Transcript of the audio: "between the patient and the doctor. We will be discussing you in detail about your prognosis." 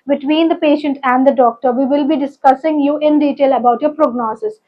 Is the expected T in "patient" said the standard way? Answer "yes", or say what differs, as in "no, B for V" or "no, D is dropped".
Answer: yes